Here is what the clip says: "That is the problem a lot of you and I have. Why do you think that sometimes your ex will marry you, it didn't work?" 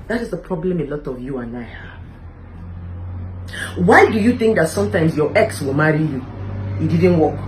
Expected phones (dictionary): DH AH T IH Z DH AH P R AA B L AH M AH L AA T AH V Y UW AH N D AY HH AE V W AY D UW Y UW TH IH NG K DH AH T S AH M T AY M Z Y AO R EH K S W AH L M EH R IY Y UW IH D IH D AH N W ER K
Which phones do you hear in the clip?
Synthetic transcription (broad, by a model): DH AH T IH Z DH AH P R AA B L AH M AH L AA T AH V Y UW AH N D AY HH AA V W AY D UW Y UW TH IH NG K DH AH T S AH M T AY M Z Y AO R EH K S W AH L M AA R IY Y UW IH D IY D N W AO K